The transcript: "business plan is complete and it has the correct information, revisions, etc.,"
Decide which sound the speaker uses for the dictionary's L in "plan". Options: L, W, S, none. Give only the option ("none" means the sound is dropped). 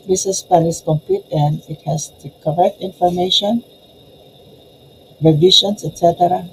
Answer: none